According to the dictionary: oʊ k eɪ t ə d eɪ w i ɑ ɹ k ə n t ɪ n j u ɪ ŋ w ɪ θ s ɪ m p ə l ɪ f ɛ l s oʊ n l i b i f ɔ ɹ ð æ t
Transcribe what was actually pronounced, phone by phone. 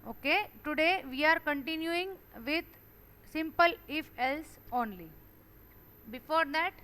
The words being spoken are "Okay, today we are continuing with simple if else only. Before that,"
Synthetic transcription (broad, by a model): oʊ k eɪ t ə d eɪ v i ɑ ɹ k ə n t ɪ n j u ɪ ŋ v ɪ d s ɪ m p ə l ɪ f ɛ l s oʊ n l i b i f ɔ ɹ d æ t